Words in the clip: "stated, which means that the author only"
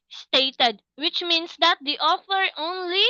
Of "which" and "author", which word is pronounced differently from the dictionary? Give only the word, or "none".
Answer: author